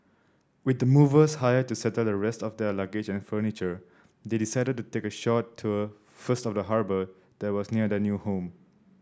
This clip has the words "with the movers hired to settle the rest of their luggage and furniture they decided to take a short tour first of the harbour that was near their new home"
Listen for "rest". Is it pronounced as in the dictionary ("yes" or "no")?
yes